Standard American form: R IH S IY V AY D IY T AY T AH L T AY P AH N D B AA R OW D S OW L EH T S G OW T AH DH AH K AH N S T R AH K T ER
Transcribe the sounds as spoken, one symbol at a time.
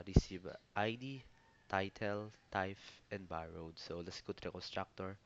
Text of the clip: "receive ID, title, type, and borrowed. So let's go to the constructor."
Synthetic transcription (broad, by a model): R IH S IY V AY D IY T AY T AH L T AY F AH N D B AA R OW D S OW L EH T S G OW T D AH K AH N S T R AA K T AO